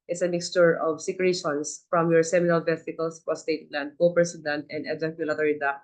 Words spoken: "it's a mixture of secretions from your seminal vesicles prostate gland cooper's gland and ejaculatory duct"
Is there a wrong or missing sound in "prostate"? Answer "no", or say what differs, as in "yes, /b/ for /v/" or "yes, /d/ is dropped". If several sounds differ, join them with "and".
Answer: yes, /ɹ/ is dropped